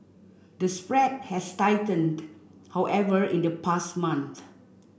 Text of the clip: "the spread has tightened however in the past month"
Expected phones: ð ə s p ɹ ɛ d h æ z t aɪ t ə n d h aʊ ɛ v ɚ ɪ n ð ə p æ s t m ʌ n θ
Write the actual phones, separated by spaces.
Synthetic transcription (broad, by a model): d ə s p ɹ ɛ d h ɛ s t aɪ t ə n d h aʊ ɛ v ɚ ɪ n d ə p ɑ s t m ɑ n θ